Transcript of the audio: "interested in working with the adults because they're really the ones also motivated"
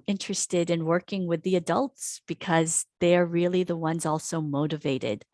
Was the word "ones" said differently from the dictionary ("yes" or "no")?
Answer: no